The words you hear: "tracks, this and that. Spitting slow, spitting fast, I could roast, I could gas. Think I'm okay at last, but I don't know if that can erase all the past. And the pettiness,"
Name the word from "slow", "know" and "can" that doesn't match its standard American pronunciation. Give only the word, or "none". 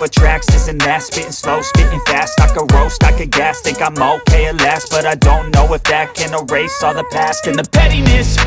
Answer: none